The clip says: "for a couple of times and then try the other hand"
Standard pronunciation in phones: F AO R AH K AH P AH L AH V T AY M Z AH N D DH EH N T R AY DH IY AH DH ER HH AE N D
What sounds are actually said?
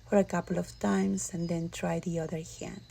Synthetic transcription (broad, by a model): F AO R AH K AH P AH L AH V T AY M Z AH N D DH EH N T R AY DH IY AH DH ER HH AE N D